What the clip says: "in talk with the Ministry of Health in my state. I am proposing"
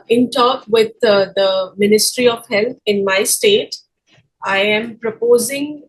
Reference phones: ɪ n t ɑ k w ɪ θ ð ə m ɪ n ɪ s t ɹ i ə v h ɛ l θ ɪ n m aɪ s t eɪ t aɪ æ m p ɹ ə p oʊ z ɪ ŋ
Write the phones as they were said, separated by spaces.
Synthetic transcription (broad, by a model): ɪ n t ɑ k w ɪ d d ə m ɪ n ɪ s t ɹ i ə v h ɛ l t ɪ n m aɪ s t eɪ t aɪ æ m p ɹ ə p oʊ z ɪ ŋ